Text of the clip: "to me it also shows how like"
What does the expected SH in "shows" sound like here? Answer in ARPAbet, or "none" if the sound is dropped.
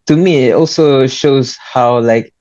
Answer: SH